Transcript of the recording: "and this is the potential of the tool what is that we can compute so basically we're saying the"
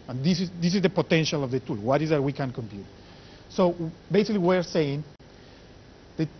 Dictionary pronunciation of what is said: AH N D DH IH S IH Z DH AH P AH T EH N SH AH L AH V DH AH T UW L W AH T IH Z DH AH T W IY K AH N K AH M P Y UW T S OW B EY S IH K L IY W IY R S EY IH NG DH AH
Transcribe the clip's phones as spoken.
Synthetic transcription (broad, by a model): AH N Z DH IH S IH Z DH AH P AH T EH N SH AH L AH V DH AH T UW L W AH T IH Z DH AH T W IY K AH N K AH M P Y UW T S OW B EY S IH K L IY W IY R S EY IH NG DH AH